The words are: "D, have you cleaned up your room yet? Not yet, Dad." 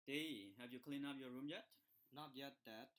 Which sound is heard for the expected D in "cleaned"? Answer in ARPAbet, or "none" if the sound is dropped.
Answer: none